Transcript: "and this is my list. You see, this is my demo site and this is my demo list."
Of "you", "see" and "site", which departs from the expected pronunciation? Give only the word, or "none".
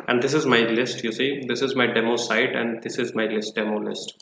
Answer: none